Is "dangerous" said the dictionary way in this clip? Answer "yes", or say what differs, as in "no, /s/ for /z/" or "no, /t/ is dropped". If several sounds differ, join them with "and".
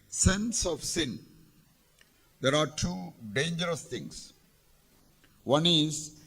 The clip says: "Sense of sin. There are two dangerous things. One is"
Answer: yes